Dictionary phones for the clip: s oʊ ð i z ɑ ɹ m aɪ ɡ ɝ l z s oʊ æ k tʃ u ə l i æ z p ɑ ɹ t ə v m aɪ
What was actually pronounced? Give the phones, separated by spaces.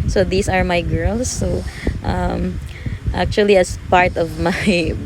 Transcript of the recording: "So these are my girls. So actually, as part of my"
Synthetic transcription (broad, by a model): s oʊ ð i s ɑ ɹ m aɪ ɡ ɝ l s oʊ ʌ k tʃ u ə l i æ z p ɑ ɹ t ə v m aɪ